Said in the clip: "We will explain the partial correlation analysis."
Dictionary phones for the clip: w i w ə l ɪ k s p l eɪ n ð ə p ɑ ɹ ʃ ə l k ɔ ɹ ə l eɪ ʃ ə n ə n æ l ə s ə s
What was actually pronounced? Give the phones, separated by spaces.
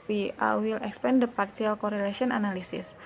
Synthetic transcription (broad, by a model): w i w ə l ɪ k s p eɪ n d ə p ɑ ɹ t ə l k ɔ ɹ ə l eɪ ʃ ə n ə n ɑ l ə s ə s